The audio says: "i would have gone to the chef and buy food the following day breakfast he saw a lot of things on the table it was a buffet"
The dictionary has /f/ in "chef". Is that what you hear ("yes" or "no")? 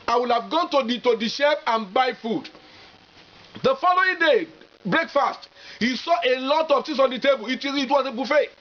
no